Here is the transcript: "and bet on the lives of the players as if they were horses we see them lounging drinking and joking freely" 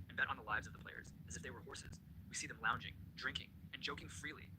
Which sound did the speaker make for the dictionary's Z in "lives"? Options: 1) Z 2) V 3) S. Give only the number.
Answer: 1